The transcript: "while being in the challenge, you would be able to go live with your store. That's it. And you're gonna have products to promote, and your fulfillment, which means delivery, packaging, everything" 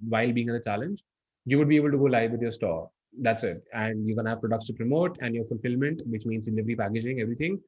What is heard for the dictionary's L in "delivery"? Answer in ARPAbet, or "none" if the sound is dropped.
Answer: N